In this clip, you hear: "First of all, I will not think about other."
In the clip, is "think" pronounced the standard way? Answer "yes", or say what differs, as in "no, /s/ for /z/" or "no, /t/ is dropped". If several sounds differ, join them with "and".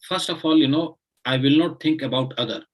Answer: no, /t/ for /θ/